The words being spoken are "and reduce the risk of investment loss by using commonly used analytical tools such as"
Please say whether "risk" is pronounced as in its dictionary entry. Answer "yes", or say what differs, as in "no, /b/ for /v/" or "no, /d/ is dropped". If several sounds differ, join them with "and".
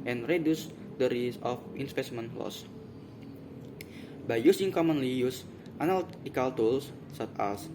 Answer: no, /k/ is dropped